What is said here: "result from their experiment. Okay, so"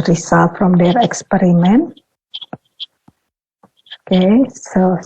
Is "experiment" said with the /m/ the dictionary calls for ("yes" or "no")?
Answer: yes